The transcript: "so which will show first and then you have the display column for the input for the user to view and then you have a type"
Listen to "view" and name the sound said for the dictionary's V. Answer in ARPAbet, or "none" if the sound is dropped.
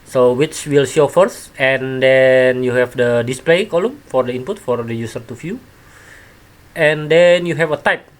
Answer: F